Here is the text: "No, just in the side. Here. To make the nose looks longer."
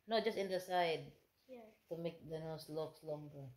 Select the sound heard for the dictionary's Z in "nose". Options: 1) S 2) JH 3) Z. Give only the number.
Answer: 1